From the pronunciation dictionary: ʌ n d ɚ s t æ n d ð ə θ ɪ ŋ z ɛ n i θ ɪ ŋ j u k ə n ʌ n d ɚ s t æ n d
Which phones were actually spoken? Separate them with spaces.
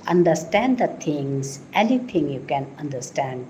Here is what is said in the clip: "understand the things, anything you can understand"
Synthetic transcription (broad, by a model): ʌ n d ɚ s t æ n d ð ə t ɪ ŋ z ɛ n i t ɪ ŋ j u k ə n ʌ n d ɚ s t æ n d